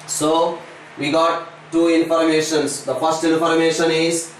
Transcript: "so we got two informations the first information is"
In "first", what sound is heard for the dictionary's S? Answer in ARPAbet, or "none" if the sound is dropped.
S